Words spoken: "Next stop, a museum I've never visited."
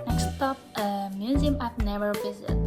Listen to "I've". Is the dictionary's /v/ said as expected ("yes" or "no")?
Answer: no